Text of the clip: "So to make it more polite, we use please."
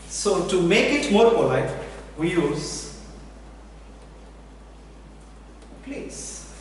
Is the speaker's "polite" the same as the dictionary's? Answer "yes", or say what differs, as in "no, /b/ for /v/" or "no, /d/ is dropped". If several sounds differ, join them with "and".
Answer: no, /f/ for /p/